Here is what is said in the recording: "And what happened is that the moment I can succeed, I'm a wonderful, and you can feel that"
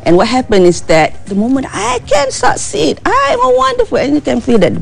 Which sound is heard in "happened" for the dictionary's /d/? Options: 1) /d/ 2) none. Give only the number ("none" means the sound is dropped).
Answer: 2